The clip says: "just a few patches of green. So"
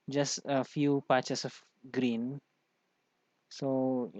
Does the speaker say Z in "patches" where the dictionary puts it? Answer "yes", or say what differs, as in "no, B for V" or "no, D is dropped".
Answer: no, S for Z